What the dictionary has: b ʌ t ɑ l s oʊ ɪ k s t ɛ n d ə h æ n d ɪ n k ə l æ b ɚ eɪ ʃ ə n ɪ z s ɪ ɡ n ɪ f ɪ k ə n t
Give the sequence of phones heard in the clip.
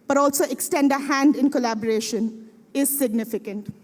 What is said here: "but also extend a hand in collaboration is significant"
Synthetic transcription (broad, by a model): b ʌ t ɑ l s oʊ ɪ k s t ɛ n d ə h æ n d ɪ n k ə l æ b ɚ eɪ ʃ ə n ɪ z s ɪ ɡ n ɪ f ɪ k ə n t